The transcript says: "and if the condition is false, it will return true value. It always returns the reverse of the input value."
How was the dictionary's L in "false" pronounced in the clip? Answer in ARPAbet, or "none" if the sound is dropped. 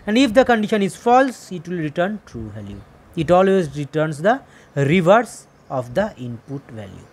L